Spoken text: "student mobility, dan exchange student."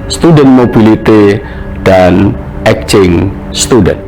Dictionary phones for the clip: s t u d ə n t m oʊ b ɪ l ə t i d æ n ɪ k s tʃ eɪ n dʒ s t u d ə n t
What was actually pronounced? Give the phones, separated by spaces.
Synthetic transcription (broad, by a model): s t u d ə n m oʊ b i l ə t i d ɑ n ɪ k tʃ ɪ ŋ s t u d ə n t